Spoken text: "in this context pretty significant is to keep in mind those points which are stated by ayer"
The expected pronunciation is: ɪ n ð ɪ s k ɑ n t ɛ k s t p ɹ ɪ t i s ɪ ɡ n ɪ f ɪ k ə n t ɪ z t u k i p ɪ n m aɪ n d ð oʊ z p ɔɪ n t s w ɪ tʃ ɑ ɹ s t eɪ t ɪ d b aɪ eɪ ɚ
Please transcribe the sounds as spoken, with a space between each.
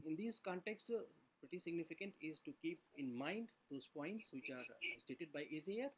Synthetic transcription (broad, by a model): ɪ n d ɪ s k ɑ n t ɛ k s t p ɹ ɪ t i s ɪ ɡ n ɪ f ɪ k ə n t ɪ z t u k i p ɪ n m aɪ n d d oʊ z p ɔɪ n t s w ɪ tʃ ɑ ɹ s t eɪ t ɪ d b aɪ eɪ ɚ